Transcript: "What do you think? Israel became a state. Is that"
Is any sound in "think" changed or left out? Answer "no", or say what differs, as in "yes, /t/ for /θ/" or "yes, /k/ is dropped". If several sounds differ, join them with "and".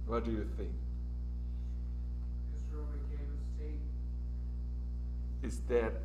no